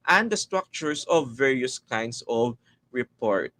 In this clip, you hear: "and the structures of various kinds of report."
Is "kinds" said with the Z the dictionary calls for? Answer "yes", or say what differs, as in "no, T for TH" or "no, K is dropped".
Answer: no, S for Z